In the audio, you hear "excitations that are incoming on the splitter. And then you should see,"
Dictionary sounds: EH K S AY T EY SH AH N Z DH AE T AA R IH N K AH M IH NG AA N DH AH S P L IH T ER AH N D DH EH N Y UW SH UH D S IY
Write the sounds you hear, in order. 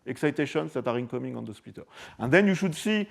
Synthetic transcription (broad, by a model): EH K S AY T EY SH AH N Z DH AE T AA R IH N K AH M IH NG AA N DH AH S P IY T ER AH N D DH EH N Y UW SH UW D S IY